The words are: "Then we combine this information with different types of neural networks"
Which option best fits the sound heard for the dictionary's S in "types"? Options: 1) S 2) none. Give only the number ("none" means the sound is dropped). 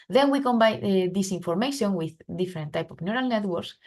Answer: 2